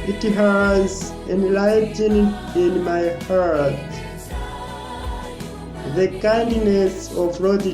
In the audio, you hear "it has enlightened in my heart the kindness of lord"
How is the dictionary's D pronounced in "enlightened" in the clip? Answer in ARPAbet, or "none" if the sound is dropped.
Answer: none